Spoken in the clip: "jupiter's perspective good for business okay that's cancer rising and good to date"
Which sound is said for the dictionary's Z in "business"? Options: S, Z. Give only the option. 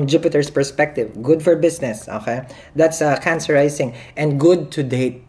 S